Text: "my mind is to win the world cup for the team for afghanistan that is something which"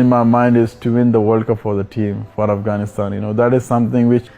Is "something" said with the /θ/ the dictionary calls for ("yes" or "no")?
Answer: no